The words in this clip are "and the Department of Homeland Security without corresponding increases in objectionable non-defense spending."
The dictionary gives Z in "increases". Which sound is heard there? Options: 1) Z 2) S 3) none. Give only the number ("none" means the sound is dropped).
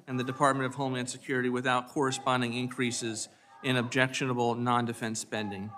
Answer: 1